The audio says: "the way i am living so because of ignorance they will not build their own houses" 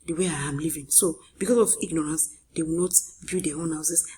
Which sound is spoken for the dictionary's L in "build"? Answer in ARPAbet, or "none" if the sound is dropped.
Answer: none